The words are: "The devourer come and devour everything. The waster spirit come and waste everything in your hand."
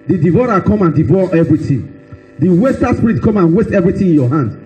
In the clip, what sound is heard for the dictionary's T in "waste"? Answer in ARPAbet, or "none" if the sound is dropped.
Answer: T